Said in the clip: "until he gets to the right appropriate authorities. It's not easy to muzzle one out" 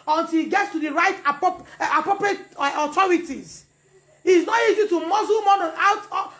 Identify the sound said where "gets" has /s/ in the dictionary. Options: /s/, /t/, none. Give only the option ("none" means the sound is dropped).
/s/